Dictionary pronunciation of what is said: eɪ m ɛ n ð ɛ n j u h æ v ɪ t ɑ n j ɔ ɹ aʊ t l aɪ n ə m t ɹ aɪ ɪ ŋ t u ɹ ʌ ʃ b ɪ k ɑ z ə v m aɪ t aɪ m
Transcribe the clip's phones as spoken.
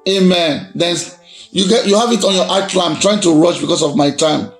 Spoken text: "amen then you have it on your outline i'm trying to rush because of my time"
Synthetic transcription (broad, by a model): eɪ m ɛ n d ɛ n j u h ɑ v ɪ t ɑ n j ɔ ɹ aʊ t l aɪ ə m t ɹ aɪ ɪ ŋ t u ɹ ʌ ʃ b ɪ k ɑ s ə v m aɪ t aɪ m